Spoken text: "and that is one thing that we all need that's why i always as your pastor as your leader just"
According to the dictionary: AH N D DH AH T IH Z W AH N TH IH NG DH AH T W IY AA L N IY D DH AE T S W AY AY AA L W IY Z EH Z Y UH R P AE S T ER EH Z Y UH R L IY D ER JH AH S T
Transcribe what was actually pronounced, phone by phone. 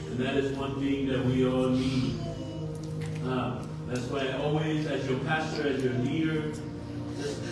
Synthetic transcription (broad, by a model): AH N DH AH T IH Z W AH N TH IH NG DH AH T W IY AA L N IY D DH AE T S W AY AY AA L W IY Z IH Z Y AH R P AE S T ER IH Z Y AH R N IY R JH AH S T